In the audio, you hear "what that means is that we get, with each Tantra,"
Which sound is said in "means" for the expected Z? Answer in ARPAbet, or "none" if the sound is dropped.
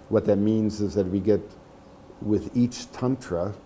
Z